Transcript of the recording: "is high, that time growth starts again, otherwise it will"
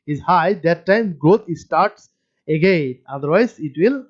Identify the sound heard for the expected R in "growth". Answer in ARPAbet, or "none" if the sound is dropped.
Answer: none